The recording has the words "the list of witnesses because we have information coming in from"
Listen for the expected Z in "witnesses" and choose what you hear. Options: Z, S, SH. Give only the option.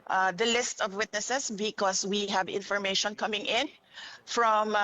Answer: S